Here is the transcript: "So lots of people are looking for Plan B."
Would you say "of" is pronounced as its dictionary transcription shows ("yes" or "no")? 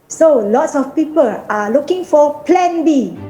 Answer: no